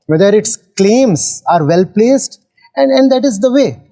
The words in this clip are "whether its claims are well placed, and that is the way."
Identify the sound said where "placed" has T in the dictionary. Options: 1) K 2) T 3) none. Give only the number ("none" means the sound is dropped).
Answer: 2